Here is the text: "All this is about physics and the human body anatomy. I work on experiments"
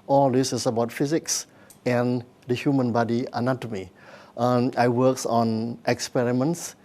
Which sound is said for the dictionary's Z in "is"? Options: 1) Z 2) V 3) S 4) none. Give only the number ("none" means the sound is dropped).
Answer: 3